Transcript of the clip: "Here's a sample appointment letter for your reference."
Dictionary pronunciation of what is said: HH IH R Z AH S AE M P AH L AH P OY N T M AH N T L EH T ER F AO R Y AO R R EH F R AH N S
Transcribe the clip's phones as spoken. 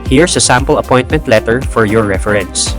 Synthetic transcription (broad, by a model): HH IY R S AH S AE M P AH L AH P OY N T M AH N T L EH T ER F AO R Y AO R R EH F R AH N S